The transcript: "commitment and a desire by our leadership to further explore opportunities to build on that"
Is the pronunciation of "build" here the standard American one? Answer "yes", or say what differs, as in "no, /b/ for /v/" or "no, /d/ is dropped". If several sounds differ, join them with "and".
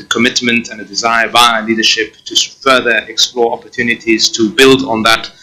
yes